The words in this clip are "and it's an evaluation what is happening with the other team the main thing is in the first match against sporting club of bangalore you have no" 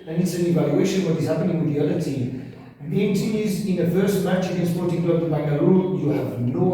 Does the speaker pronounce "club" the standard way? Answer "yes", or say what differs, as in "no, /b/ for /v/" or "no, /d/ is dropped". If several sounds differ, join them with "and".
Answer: no, /b/ is dropped